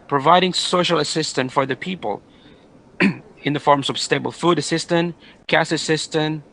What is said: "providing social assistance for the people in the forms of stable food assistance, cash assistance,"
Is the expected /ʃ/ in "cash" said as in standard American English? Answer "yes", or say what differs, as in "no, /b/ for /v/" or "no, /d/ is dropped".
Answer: no, /s/ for /ʃ/